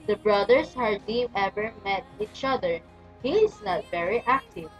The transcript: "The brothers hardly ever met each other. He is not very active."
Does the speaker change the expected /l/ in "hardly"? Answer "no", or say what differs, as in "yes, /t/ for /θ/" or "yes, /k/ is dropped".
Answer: yes, /l/ is dropped